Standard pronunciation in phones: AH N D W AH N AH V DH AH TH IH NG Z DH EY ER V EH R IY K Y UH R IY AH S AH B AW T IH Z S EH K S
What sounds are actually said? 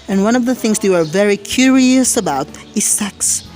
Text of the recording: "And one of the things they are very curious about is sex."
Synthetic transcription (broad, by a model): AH N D W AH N AH V DH AH TH IH NG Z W ER V EH R IY K Y UH R IY AH S AH B AW T IH Z S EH K S